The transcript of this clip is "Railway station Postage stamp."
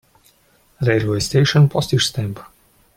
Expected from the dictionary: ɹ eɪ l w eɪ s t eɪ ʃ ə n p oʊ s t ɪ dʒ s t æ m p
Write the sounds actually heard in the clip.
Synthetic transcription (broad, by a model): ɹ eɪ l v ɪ s t eɪ ʃ ə n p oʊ s t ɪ ʃ s t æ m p